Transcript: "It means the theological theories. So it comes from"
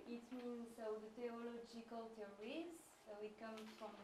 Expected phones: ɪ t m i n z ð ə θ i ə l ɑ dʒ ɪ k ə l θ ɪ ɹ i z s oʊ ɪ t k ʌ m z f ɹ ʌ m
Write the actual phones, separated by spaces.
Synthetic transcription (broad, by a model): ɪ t m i n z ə t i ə l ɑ dʒ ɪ k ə l t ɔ ɹ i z s oʊ ɪ t k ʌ m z f ɹ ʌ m